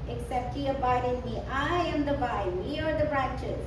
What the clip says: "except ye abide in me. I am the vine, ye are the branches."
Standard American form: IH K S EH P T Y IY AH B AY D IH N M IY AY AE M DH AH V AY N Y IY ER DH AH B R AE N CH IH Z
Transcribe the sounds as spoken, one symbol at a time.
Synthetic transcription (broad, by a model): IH K S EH P T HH IY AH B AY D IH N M IY AY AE M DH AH B AY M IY ER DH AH B R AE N CH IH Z